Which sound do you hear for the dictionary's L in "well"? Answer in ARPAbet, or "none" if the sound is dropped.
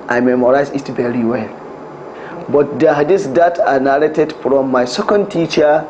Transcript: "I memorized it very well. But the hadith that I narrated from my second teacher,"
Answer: L